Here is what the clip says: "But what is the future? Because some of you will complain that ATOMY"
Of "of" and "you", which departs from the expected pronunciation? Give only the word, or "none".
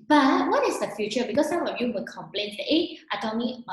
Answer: of